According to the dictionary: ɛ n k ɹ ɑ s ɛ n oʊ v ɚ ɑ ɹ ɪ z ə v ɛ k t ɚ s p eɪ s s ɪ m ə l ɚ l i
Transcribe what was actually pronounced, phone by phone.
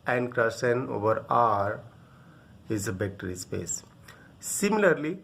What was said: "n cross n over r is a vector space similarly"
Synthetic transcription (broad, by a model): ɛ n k ɹ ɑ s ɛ n oʊ v ɚ ɑ ɹ ɪ z ə b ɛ k t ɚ s p eɪ s s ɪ m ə l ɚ l i